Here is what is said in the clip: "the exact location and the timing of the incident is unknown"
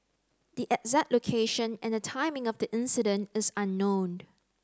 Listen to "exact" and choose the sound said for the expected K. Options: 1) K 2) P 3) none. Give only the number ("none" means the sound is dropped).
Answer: 3